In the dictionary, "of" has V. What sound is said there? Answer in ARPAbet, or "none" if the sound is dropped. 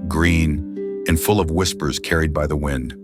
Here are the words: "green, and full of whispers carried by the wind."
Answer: V